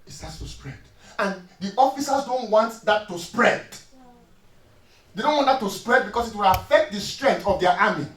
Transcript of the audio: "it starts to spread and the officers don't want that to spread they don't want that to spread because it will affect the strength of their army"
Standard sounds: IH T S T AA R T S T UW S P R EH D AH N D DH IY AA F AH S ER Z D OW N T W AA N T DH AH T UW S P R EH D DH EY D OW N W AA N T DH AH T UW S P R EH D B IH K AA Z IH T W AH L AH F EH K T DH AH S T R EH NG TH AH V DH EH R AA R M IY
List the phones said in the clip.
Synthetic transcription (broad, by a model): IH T S T AA T S T UW S P R EH D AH N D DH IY AA F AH S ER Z D OW N T W AA N T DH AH T UW S P R EH D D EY D OW N W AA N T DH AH T UW S P R EH D B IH K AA S IH T W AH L AH F EH K T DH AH S T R EH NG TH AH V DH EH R AA M IY